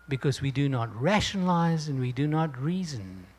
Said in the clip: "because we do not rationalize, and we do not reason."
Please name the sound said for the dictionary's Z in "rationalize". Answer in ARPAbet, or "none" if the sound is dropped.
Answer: Z